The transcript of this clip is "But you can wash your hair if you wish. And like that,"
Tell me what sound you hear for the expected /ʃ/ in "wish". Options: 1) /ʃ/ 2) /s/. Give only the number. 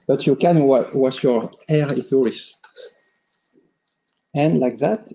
2